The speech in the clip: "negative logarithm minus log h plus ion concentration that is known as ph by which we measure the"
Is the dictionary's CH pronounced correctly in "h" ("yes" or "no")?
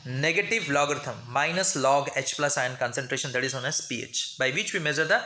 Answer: yes